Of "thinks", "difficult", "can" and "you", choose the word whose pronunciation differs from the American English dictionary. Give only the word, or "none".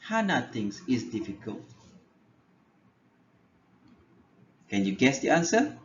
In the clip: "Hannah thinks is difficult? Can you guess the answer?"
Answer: thinks